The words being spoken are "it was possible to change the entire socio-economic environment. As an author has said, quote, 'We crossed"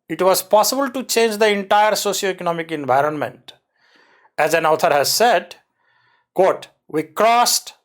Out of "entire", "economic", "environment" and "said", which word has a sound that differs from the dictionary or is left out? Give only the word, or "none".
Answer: none